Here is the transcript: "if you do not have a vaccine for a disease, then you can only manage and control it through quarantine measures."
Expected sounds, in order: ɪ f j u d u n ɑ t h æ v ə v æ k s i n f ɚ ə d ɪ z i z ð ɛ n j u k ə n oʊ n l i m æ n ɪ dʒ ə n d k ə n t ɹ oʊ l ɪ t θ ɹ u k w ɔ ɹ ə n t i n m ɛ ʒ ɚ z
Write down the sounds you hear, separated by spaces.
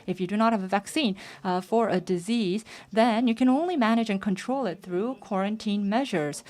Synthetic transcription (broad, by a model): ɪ f j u d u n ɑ t h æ v ə v æ k s i n f ɚ ə d ɪ z i z ð ɛ n j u k ə n oʊ n l i m æ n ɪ dʒ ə n k ə n t ɹ oʊ l ɪ t θ ɹ u k w ɔ ɹ ə n t i n m ɛ ʒ ɚ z